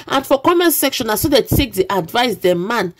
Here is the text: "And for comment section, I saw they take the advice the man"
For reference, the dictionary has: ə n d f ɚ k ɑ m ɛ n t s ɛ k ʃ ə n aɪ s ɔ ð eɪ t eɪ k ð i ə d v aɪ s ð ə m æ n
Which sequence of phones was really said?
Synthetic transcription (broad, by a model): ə n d f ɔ k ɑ m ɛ n s ɛ k ʃ ə n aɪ s ɔ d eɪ t eɪ k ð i ə d v aɪ s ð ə m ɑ n